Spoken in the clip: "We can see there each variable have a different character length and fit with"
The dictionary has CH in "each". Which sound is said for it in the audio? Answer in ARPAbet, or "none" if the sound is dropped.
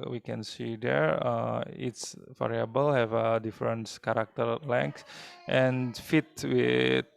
S